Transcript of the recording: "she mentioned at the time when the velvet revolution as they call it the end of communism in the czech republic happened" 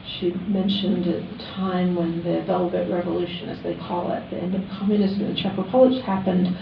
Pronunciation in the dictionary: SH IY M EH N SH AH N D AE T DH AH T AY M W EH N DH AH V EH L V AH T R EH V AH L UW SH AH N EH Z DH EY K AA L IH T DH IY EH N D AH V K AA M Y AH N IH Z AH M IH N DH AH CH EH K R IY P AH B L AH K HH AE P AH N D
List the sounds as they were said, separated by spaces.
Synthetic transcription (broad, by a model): SH IY M EH N SH AH N D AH T AY M W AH N DH AH V EH L V AH T R EH V AH L UW SH AH N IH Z DH EY K AA L IH T DH IY EH N D AH V K AA M Y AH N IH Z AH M IH N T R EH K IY P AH L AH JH HH AE P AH N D